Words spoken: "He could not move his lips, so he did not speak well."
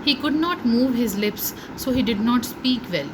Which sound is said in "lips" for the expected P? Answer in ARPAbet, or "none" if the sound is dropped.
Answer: P